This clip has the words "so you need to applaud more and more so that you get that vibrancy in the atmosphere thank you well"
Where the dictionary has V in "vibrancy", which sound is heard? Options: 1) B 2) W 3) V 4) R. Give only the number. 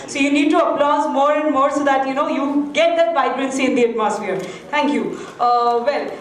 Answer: 1